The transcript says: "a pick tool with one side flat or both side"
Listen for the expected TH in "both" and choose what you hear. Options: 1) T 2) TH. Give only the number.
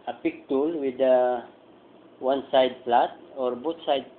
1